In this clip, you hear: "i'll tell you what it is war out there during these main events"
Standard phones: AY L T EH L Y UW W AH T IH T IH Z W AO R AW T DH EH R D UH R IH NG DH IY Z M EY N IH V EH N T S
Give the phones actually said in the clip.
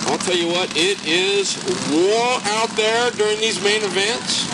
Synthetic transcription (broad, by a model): AY L T EH L Y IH W AH T IH T IH Z W AO R AW T DH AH R D UH R IH NG DH IY Z M EY N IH V EH N T S